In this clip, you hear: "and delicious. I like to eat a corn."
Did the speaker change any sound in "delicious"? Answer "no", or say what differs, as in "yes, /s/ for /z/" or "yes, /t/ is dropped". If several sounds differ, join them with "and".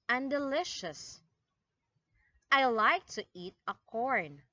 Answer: no